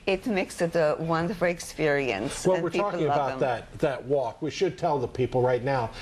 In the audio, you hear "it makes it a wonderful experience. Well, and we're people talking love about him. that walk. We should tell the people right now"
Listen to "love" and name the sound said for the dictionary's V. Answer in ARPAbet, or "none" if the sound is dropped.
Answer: none